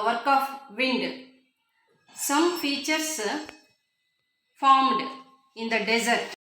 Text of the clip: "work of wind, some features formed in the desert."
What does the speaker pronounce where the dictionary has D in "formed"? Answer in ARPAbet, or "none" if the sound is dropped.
D